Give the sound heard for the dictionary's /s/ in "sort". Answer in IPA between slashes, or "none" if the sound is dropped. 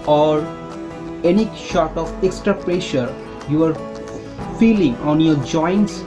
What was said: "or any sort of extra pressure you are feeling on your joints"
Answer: /ʃ/